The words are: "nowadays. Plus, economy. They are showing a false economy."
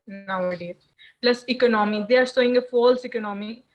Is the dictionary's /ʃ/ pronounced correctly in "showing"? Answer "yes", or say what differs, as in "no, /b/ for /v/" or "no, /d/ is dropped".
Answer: no, /s/ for /ʃ/